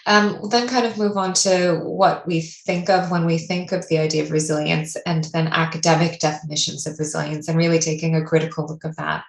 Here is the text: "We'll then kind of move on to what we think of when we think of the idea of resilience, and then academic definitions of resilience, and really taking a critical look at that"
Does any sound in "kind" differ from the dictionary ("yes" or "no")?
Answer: no